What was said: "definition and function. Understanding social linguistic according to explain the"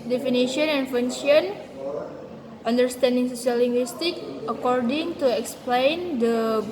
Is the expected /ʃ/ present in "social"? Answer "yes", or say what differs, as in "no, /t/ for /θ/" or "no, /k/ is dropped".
no, /s/ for /ʃ/